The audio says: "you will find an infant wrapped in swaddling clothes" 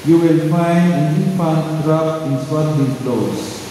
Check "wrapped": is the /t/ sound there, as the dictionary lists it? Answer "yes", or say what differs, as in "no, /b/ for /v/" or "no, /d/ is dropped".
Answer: no, /t/ is dropped